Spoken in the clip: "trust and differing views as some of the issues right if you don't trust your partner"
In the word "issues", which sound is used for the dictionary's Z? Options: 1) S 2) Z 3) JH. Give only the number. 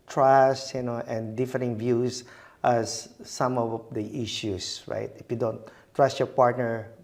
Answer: 1